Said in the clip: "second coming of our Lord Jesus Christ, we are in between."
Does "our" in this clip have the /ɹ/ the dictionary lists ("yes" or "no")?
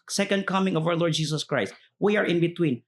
no